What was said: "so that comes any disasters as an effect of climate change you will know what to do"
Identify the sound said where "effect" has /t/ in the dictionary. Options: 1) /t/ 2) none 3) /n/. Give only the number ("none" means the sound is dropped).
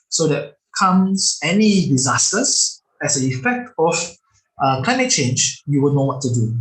1